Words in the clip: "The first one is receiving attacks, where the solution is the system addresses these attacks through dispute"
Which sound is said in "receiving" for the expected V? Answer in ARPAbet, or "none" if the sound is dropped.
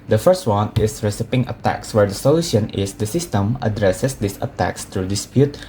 P